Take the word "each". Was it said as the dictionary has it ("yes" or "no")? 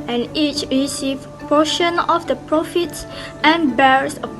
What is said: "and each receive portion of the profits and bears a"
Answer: yes